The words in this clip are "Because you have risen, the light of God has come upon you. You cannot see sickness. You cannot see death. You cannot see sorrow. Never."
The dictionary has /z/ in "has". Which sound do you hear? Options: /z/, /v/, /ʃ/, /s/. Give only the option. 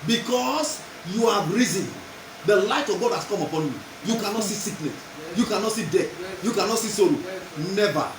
/s/